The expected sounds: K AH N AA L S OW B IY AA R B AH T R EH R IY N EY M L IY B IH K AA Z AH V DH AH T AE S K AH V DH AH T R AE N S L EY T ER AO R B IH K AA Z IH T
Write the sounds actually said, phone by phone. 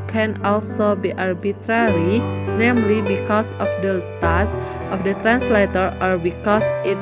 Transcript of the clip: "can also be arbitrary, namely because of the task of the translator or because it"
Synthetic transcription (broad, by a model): K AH N AA L S OW B IY AA R B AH T R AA R IY N EY M L IY B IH K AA S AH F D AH T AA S AH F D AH T R AE N S L EY T ER AO R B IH K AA S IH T